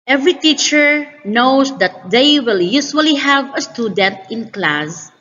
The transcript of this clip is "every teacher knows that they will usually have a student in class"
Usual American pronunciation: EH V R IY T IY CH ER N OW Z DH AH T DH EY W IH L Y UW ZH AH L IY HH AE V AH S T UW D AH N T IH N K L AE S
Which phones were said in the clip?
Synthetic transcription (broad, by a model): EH V R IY T IY CH ER N OW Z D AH T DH EY W IH L Y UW S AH L IY HH AE V AH S T UW D AH N T IH N K L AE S